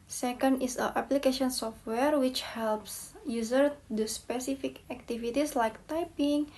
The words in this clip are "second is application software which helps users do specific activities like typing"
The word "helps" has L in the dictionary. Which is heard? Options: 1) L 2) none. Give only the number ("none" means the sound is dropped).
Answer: 1